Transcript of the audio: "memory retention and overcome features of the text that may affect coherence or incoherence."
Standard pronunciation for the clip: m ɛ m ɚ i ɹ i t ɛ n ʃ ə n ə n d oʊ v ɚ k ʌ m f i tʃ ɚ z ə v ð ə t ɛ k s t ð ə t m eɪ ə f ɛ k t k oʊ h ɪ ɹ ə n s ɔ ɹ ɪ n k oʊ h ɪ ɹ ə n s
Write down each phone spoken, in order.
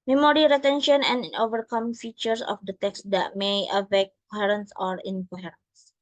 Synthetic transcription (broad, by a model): m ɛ m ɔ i l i t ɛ n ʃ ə n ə n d oʊ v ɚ k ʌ m f i tʃ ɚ s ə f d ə t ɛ k s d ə t m eɪ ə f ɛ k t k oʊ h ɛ ɹ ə n s ɔ ɹ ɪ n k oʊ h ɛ ɹ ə n s